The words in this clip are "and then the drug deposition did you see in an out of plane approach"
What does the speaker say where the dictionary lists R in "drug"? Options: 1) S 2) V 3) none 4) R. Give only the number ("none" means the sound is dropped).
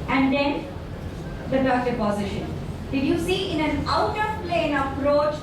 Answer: 3